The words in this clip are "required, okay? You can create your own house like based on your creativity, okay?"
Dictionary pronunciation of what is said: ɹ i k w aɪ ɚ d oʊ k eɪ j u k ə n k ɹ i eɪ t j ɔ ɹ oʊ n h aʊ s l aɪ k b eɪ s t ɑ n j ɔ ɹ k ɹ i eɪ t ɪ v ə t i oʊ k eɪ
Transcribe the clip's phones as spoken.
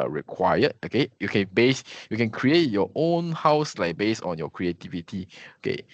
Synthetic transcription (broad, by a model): ɹ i k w aɪ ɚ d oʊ k eɪ j u k ə n k ɹ i eɪ t j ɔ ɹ oʊ n h aʊ s l aɪ k b eɪ s ɑ n j ɔ k ɹ i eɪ t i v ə t i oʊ k eɪ